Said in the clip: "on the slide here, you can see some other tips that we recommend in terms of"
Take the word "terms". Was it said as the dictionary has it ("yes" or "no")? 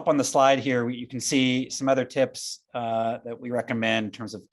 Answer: yes